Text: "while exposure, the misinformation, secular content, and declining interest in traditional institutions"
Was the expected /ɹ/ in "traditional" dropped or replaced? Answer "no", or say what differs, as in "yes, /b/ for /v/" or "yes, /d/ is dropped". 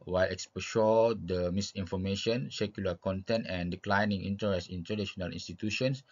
yes, /ɹ/ is dropped